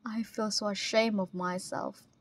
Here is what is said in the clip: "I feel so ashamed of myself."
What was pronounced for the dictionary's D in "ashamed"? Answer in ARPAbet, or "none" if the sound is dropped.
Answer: none